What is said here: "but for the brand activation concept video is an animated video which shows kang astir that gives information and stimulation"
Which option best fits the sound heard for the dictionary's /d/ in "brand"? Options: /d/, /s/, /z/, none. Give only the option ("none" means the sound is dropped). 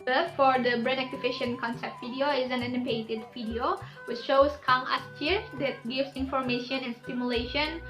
none